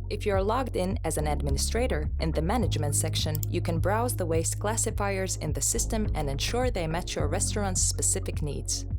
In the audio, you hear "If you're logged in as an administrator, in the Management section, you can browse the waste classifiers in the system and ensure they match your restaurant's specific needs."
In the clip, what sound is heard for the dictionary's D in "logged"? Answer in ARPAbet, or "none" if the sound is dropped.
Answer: D